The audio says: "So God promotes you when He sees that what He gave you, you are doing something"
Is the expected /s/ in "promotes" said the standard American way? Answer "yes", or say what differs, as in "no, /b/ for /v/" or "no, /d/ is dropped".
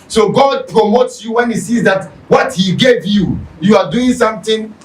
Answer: yes